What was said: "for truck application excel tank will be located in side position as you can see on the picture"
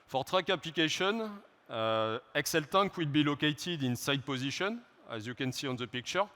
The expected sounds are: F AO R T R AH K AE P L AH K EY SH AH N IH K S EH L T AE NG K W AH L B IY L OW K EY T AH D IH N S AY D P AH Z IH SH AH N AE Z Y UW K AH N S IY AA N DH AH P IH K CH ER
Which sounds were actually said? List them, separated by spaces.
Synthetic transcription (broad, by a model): F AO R T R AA K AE P L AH K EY SH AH N IH K S EH L T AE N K W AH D B IY L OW K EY T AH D IH N S AY D P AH Z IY SH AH N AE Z Y UW K AH N S IY AA N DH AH P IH K CH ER